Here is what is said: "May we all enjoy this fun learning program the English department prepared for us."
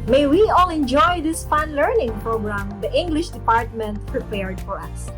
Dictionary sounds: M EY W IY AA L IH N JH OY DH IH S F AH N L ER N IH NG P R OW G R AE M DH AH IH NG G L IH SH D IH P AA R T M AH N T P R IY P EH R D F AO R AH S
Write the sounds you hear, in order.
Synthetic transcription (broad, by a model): M EY W IY AA L IH N JH OY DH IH S F AH N L ER N IH NG P R OW G R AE M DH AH IH NG G L IH SH D IH P AA R T M AH N T P R IY P EH R D F AO R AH S